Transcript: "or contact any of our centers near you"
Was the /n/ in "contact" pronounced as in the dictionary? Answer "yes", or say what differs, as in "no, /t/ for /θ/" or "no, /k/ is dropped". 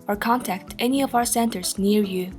yes